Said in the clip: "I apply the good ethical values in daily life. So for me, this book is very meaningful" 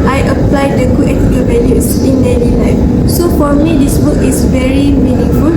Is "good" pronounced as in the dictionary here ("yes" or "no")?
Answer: no